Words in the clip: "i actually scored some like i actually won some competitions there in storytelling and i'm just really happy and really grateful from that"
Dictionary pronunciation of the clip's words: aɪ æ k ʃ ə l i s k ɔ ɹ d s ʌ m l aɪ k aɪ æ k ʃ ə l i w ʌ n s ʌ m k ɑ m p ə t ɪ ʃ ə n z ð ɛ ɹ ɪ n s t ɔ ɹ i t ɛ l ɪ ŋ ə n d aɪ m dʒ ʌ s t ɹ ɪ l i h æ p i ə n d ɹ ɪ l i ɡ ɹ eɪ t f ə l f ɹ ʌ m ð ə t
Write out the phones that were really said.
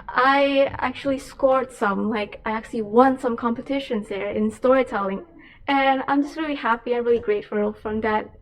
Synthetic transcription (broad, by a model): aɪ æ k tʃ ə l i s k ɔ ɹ d s ʌ m l aɪ k aɪ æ k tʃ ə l i w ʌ n s ʌ m k ɑ m p ə t ɪ ʃ ə n z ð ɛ ɹ ɪ n s t ɔ ɹ i t ɛ l ɪ ŋ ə n aɪ m dʒ ʌ s t ɹ ɪ l i h æ p i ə n ɹ ɪ l i ɡ ɹ eɪ t f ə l f ɹ ʌ m ð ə t